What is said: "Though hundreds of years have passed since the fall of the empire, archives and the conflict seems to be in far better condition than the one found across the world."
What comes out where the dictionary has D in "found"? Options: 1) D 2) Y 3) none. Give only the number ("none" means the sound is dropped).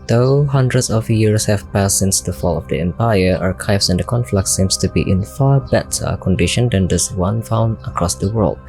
3